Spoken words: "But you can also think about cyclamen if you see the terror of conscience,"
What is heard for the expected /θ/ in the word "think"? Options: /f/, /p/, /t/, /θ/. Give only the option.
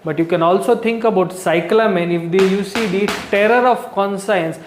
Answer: /t/